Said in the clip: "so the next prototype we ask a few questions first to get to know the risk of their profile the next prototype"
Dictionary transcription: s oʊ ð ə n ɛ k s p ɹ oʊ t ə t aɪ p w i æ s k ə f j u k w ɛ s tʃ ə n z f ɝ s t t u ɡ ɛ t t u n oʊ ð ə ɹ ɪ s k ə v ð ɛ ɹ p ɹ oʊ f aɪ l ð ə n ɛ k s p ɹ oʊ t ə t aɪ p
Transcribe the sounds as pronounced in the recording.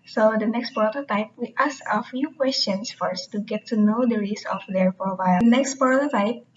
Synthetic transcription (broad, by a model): s oʊ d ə n ɛ k s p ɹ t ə t aɪ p w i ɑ s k ə f j u k w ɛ s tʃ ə n s f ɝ s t t u ɡ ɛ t t u n oʊ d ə ɹ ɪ s ə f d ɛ ɹ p ɹ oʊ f aɪ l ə n ɛ k s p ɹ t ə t aɪ p